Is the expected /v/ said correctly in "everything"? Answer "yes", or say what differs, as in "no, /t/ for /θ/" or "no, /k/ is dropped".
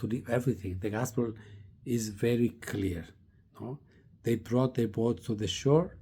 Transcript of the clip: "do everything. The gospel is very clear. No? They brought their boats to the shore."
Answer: yes